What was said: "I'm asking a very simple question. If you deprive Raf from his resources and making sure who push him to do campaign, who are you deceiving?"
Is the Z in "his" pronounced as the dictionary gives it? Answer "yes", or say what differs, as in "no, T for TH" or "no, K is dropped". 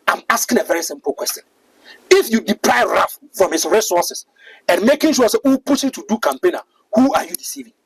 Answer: no, S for Z